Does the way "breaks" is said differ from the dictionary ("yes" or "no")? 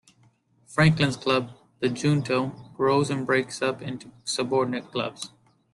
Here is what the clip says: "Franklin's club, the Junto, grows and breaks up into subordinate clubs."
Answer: no